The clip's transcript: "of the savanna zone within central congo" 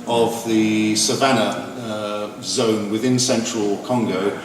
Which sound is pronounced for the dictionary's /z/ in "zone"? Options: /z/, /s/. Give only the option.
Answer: /z/